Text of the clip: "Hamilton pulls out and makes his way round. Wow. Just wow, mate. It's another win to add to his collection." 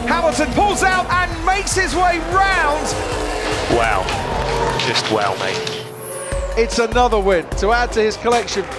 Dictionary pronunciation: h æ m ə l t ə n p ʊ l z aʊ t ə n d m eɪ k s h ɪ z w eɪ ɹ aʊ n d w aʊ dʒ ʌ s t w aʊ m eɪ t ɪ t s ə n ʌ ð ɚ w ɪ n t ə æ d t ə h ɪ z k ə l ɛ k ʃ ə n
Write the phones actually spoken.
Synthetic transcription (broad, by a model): h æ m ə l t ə n p ʊ l z aʊ t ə n m eɪ k s h ɪ z w eɪ ɹ aʊ n d w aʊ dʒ ʌ s t w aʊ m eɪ ɪ t s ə n ʌ ð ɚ w ɪ n t ə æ d t ə ɪ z k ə l ɛ k ʃ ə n